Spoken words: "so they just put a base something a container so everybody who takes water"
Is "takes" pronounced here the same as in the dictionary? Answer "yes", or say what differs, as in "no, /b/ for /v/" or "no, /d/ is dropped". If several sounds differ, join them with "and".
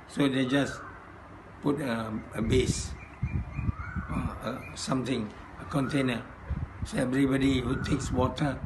yes